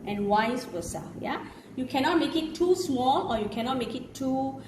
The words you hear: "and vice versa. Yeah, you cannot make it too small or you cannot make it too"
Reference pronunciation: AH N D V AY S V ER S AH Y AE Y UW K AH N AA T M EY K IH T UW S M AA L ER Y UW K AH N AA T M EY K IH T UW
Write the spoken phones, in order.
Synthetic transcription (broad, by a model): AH N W AY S W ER S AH Y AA Y UW K AH N AA T M EY K IH T UW S M AA L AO Y UW K AH N AA T M EY K IH T UW